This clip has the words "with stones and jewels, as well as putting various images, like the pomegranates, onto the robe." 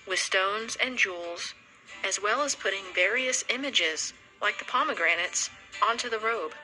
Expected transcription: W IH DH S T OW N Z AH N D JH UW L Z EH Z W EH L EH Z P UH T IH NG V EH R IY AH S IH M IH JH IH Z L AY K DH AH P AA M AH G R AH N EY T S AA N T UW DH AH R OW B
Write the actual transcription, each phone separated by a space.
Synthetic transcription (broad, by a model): W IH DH S T OW N Z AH N JH UW L Z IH Z W EH L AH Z P UH T IH NG V EH R IY AH S IH M IH JH IH Z L AY K DH AH P AA M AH G R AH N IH T S AA N T UW DH AH R OW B